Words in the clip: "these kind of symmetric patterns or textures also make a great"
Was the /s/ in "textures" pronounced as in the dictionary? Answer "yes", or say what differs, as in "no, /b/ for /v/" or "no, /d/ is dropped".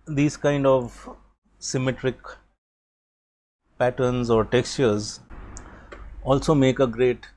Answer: yes